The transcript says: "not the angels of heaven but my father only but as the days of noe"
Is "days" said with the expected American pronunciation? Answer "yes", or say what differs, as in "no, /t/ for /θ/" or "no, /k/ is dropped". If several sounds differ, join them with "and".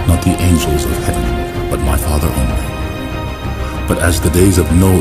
yes